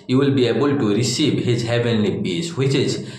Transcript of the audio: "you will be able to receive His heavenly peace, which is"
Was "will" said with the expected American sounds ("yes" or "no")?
yes